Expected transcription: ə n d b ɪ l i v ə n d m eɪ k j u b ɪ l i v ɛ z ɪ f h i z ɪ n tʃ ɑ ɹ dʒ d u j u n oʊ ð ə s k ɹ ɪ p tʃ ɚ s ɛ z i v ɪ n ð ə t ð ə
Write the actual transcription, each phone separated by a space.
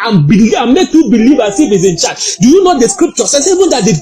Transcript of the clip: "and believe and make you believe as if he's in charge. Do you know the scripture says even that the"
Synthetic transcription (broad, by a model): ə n b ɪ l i ə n m eɪ k j u b ɪ l i v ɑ s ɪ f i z ɪ n tʃ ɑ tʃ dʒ d u j u n oʊ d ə s k ɹ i p tʃ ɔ s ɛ s i v ɪ n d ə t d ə